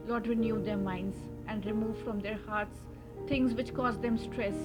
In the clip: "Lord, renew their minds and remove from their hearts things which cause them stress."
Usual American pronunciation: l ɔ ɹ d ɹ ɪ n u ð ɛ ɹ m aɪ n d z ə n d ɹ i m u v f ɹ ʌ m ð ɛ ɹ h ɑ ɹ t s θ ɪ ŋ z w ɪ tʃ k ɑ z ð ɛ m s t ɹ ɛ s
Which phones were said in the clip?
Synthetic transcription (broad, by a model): l ɔ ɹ d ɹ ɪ n u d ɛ ɹ m aɪ n d z ə n d ɹ i m u v f ɹ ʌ m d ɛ ɹ h ɑ ɹ t s t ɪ ŋ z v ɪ tʃ k ɑ z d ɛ m s t ɹ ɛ s